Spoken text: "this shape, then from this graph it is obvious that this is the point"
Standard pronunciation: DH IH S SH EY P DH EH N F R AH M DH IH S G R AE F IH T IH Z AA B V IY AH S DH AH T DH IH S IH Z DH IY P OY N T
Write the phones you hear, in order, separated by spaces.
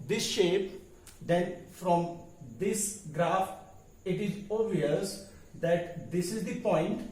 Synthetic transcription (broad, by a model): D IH S SH EY P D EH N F R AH M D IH S G R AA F IH T IH Z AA V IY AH S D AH T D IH S IH Z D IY P OY N T